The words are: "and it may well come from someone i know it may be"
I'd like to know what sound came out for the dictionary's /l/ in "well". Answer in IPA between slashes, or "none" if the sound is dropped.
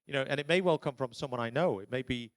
/l/